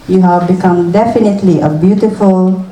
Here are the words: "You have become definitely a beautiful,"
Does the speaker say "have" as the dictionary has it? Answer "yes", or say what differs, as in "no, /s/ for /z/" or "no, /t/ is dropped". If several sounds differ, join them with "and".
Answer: yes